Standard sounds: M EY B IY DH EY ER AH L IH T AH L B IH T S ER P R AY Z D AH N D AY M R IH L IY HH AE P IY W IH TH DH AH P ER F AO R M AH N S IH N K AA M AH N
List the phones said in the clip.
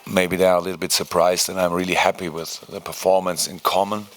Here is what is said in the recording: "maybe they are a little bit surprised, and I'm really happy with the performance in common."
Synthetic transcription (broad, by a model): M EY B IY DH EY ER AH L IH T L B IH T S ER P R AY Z D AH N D AY M R IH L IY HH AE P IY W IH DH AH P ER F AO R M AH N S IH N K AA M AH N